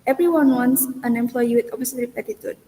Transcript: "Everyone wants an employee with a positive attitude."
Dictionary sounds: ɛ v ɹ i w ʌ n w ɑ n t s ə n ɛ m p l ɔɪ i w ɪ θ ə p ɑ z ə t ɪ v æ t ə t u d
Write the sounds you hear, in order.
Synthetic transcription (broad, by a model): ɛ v ɹ i w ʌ n w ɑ n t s ə n ɛ m p l ɔɪ i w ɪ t ə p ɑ s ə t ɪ p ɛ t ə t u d